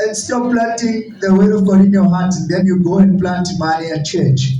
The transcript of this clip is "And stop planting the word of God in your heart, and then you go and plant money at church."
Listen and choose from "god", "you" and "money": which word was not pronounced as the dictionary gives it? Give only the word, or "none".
money